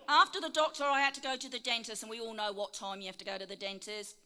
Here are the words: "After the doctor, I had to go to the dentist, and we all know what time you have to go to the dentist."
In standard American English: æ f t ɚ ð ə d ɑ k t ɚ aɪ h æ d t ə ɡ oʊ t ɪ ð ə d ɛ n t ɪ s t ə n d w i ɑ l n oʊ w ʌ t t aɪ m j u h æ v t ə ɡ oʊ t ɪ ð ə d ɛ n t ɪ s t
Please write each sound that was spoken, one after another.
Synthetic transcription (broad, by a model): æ f t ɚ ð ə d ɑ k t ɚ aɪ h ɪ d t ə ɡ oʊ t ɪ ð ə d ɛ n t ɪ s ə n w i ɑ l n oʊ w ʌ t t aɪ m j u h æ f t ə ɡ oʊ t ɪ ð ə d ɛ n t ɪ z